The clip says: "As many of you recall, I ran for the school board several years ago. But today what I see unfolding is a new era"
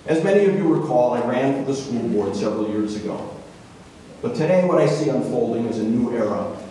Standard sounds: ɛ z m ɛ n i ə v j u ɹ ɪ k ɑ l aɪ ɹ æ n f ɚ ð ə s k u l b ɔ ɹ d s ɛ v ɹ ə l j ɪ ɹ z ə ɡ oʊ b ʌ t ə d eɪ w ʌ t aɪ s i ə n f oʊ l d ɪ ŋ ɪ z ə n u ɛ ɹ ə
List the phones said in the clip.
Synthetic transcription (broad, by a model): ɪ z m ɛ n i ə v j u w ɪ k ɑ l aɪ ɹ æ n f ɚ ð ə s k u l b ɔ ɹ d s ɛ v ɹ l j ɪ ɹ z ə ɡ oʊ b ʌ t ə d eɪ w ʌ t aɪ s i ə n f oʊ l d ɪ ŋ ɪ z ə n u ɛ ɹ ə